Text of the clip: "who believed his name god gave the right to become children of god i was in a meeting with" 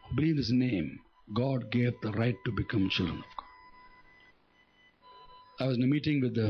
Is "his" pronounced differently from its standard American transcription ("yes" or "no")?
yes